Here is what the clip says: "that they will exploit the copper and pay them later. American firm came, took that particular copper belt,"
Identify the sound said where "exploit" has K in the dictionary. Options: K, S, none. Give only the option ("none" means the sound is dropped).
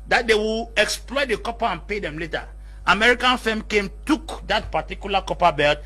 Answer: K